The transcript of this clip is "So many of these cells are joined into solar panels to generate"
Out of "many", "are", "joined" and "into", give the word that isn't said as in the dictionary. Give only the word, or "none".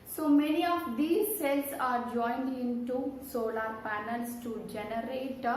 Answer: none